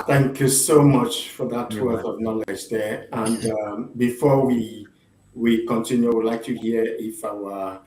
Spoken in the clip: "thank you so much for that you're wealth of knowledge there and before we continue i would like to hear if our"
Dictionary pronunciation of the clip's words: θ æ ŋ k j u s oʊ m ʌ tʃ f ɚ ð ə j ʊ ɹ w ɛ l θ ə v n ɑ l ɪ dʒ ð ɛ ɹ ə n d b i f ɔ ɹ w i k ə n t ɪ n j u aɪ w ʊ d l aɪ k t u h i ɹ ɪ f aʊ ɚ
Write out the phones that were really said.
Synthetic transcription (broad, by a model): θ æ ŋ k j u s oʊ m ʌ tʃ f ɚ ð ə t w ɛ θ ə v n ɑ l ɪ dʒ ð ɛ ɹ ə n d b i f ɔ w w i k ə n t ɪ n j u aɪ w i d l aɪ k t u h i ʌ ɪ f aʊ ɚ